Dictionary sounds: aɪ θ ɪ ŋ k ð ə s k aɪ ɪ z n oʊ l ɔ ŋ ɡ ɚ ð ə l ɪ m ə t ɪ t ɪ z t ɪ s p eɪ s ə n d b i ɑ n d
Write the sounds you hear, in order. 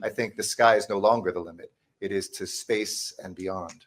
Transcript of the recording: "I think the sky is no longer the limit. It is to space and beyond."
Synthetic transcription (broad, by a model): aɪ θ ɪ ŋ k ð ə s k aɪ ɪ z n oʊ l ɔ ŋ ɡ ɚ ð ə l ɪ m ə t ɪ t ɪ z t ɪ s p eɪ s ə n b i ɑ n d